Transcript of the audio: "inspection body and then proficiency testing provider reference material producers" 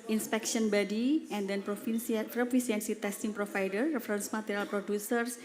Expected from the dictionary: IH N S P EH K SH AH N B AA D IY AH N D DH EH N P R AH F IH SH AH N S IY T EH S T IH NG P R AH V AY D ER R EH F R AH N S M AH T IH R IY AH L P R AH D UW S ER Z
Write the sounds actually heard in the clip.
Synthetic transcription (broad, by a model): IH N S P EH K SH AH N B AA D IY AH N D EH N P R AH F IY S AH N S IY T EH S T IH NG P R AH F AY D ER R EH F R AH N S M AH T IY R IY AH L P R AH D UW S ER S